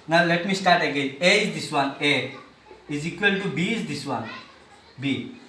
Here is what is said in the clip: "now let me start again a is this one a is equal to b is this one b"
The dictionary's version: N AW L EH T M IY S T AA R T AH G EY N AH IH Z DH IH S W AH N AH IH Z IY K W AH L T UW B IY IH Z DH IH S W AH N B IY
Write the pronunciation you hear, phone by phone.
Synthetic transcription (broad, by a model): N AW L EH T M IY S T AA R T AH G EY AH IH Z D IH S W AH N AH IH Z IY K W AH L T UW B IY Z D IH S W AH N B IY